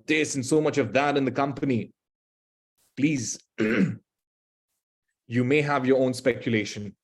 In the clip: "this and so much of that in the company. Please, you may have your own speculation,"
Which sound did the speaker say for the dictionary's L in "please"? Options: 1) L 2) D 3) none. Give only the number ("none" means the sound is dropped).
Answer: 1